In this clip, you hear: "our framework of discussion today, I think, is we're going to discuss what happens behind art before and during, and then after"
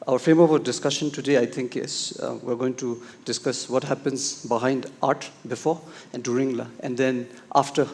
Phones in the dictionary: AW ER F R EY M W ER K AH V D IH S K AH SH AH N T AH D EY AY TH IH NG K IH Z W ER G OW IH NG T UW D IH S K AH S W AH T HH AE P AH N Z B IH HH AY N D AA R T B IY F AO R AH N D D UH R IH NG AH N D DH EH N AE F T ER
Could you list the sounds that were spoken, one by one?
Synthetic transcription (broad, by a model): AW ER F EY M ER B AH D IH S K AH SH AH N T AH D EY AY T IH NG K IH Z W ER G OW IH NG T UW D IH S K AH S W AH T HH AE P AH N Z B IH HH AY N D AA R T B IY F AO R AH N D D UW R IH NG AH N D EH N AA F T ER